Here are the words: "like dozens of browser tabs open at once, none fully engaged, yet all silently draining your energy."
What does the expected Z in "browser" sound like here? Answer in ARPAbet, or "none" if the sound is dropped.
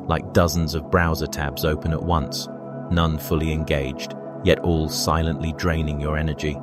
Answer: Z